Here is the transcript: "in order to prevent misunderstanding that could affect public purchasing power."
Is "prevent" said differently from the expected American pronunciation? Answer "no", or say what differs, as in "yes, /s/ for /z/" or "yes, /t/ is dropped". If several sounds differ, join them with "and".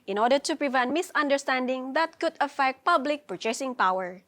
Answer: no